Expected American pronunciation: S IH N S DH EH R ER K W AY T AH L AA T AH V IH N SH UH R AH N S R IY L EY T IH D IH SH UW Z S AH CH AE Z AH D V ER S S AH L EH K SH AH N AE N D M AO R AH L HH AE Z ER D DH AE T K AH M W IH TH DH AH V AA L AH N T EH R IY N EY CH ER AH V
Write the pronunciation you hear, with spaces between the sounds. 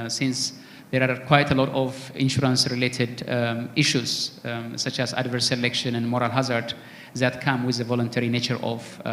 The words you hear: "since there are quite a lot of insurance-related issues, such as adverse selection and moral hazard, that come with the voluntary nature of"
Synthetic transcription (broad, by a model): S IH N S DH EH R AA K W AY T AH L AA T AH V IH N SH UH R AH N S R IY L EY T IH D IH SH UW Z S AH CH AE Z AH D V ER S S AH L EH K SH AH N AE N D M AO R AH L HH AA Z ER D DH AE T K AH M W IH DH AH V AA L AH N T EH R IY N EY CH ER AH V